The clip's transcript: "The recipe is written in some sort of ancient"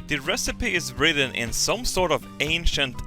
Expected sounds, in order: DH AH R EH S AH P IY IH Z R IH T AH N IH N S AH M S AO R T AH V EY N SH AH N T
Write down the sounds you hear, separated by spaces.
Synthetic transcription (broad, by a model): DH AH R EH S AH P IY IH Z R IH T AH N IH N S AH M S AO R T AH V EY N SH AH N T